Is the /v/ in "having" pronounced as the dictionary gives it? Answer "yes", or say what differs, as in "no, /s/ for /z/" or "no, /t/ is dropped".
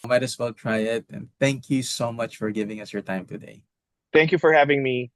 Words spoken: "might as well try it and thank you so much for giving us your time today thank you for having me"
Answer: yes